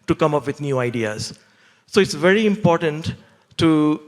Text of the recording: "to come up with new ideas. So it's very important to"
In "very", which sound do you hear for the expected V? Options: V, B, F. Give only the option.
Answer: V